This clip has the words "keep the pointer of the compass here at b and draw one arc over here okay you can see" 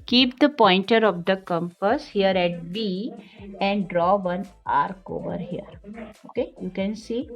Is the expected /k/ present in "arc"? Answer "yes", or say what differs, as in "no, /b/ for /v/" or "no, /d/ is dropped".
yes